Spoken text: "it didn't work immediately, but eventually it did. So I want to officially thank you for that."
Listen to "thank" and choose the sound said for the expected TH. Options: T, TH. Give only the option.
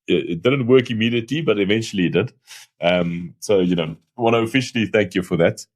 TH